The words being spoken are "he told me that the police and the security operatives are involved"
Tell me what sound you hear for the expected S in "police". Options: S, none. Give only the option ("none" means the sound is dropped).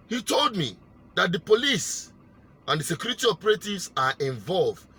S